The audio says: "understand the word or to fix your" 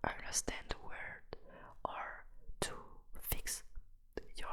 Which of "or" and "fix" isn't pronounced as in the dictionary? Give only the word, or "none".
none